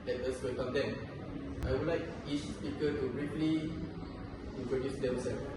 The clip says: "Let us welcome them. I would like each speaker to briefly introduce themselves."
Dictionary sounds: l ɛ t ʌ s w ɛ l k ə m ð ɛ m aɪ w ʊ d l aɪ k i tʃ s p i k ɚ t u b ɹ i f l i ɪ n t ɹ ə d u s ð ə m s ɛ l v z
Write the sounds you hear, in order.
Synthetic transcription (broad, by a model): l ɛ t ʌ s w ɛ k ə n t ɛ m aɪ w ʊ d l aɪ k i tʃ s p i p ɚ t u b ɹ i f l i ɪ n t ɹ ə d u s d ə m s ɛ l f